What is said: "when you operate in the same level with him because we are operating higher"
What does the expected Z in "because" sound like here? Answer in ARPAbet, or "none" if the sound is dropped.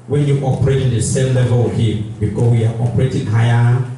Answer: S